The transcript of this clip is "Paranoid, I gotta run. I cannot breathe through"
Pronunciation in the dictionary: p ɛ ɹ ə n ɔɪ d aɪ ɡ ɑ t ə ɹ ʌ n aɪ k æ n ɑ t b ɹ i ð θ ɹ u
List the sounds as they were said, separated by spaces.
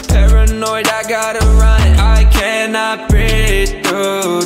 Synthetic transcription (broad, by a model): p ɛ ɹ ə n ɔɪ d aɪ ɡ ɑ t ə ɹ ʌ n aɪ k æ n ɑ t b i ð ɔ